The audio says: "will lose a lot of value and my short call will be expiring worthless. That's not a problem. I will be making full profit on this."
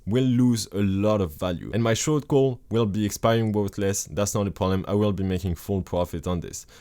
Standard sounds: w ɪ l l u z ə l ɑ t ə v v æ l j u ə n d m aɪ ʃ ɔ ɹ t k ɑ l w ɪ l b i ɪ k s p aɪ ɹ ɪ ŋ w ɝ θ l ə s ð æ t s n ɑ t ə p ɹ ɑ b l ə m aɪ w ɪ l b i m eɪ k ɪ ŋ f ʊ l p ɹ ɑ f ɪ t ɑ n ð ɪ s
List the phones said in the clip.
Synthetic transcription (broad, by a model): w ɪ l l u z ə l ɑ t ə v v æ l j u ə n m aɪ ʃ ɔ ɹ t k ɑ l w ɪ l b i ɪ k s p aɪ ɹ ɪ ŋ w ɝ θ l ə s ð æ t s n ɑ t ə p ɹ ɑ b l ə m aɪ w ɪ l b i m eɪ k ɪ ŋ f ʊ l p ɹ ɑ f ɪ t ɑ n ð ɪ s